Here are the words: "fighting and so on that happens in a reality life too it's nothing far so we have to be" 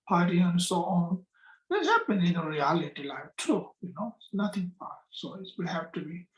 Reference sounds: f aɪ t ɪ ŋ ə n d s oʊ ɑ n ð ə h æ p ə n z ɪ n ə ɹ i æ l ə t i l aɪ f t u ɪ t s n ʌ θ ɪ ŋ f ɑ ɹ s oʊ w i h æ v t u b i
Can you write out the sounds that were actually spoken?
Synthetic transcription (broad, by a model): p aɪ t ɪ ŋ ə n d s oʊ ɑ n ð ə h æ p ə n ɪ n ə ɹ i æ l ə t i l aɪ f t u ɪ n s n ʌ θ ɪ ŋ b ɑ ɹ s oʊ w i h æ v t u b i